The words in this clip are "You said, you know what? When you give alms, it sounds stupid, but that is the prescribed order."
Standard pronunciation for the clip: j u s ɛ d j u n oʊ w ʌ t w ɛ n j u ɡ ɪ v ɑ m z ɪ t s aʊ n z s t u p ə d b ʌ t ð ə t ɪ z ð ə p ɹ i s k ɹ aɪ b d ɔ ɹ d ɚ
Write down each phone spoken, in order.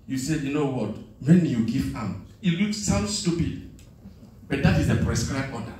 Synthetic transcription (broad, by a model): j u s ɛ d j u n oʊ w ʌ t w ɛ n j u ɡ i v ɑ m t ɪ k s aʊ n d s t u p ə d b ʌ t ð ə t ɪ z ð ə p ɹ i s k ɹ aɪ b ɔ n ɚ